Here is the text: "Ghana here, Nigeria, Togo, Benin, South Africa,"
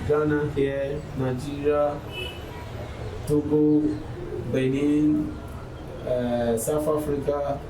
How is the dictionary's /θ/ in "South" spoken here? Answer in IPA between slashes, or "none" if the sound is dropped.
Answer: /f/